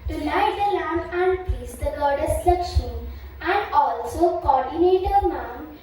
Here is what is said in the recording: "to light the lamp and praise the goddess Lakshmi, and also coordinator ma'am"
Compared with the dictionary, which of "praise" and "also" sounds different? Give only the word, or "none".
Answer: praise